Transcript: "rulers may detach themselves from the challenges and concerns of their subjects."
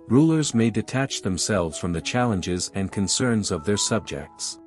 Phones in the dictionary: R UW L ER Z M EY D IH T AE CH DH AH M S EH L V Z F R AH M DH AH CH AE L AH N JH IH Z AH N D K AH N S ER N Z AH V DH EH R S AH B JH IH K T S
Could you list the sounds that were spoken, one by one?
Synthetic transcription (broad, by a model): R UW L ER Z M EY D IH T AE CH DH AH M S EH L V Z F R AH M DH AH CH AE L AH N JH IH Z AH N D K AH N S ER N Z AH V DH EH R S AH B JH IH K T S